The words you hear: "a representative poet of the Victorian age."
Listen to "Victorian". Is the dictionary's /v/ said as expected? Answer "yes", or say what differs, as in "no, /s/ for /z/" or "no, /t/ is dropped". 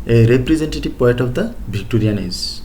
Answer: no, /b/ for /v/